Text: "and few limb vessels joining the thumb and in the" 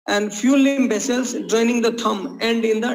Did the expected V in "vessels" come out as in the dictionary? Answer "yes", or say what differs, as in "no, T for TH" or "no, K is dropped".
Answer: no, B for V